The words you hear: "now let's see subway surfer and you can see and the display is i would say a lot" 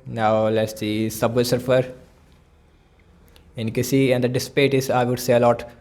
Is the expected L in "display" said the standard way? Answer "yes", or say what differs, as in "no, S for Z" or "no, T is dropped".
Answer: no, L is dropped